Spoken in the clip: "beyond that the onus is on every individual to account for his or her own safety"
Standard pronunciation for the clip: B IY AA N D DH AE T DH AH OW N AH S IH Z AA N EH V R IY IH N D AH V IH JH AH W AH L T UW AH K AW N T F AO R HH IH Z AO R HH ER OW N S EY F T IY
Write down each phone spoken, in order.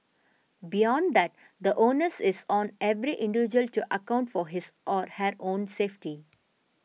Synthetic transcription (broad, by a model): B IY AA N D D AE T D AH OW N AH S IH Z AA N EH V R IY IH N D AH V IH JH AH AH L T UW AH K AW N T F AO R HH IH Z AO R HH ER OW N S EY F T IY